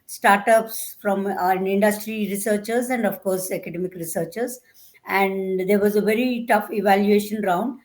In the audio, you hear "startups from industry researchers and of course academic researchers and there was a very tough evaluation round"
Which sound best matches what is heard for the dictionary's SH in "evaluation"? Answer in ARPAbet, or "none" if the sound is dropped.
SH